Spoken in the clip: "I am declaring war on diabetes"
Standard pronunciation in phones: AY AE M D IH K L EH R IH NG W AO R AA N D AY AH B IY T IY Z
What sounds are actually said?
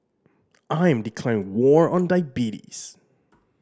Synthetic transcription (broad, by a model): AY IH M D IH K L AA IH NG W AO R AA N D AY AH B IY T IY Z